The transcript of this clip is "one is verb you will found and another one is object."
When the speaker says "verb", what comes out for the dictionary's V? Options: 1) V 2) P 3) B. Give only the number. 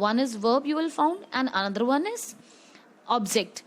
1